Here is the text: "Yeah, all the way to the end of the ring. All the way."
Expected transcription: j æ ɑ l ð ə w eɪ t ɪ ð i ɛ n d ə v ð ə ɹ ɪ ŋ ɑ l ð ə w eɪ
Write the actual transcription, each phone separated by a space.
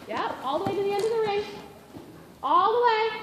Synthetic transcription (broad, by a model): j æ ɑ l ð ə w eɪ t ɪ ð i ɛ n d ə v ð ə ɹ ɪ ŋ ɑ l ð ə w eɪ